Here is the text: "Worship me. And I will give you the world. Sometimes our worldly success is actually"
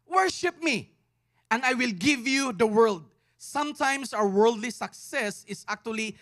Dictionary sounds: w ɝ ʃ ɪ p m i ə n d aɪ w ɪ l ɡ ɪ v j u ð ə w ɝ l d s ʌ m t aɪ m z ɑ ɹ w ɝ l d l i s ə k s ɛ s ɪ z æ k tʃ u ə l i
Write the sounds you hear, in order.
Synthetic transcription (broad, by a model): w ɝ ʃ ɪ p m i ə n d aɪ w ɪ l ɡ ɪ v j u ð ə w ɝ l d s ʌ m t aɪ m s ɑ w w ɝ l d l i s ə k s ɛ s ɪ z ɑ k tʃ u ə l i